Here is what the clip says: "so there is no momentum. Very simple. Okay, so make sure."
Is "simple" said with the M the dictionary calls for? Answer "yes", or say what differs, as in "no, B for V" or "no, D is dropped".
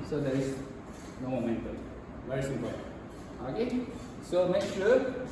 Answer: no, M is dropped